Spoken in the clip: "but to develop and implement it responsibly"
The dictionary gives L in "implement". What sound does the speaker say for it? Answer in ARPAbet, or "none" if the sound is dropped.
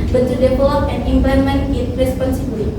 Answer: none